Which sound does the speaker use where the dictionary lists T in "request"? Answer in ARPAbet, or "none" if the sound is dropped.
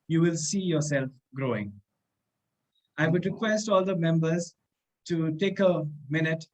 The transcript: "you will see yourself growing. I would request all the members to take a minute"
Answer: T